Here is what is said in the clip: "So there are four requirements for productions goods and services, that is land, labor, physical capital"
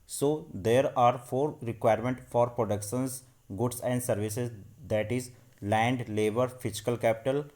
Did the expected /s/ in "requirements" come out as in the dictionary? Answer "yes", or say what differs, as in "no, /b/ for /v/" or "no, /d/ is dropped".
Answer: no, /s/ is dropped